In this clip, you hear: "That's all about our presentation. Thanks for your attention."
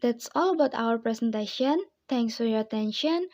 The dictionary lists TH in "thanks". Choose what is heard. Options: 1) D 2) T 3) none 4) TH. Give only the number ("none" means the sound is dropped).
2